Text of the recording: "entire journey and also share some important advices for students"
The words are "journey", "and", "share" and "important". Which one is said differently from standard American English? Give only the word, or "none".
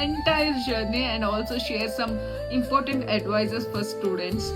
none